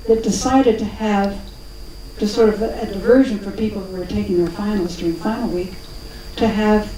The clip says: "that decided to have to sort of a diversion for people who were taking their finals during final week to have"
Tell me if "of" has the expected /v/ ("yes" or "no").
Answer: yes